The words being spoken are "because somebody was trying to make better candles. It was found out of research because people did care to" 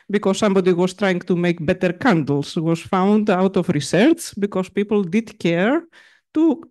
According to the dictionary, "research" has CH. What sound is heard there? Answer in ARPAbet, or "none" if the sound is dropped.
S